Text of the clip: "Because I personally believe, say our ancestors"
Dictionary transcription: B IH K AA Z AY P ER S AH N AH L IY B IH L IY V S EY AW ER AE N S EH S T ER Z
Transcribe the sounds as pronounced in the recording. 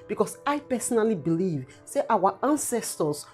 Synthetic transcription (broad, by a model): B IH K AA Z AY P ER S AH N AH L IY B IH L IY V S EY AW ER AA N S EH S T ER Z